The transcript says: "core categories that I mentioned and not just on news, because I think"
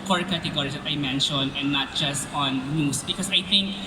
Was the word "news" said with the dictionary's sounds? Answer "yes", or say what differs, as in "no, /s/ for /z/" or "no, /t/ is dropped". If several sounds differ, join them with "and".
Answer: no, /s/ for /z/